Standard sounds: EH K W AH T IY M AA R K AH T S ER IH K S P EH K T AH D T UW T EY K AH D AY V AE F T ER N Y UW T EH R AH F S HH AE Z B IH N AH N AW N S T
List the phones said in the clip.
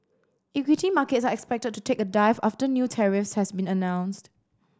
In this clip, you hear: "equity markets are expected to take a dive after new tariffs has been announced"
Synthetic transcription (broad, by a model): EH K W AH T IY M AA K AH T S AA IH K S P EH K T AH D T UW T EY K AH D AY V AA F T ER N Y UW T EH R AH F S HH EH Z B IH N AH N AW N S T